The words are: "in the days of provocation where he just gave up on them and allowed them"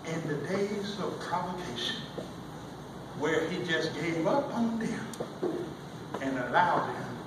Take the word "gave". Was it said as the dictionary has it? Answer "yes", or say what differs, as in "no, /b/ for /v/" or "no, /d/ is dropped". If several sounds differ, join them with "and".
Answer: yes